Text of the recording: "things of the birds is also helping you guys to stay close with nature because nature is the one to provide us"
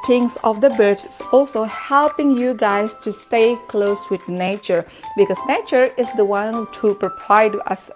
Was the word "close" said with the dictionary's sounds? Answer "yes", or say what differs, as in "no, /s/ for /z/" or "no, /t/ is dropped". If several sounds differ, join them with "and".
yes